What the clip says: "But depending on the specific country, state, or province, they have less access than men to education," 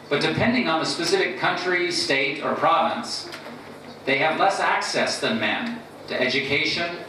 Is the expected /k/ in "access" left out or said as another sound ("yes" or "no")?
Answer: no